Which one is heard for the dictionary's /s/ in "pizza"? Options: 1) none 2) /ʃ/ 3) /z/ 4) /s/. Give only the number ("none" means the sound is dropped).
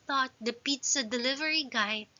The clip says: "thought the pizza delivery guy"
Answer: 4